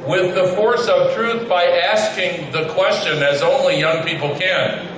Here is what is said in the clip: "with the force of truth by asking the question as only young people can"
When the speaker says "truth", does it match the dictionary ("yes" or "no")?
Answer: yes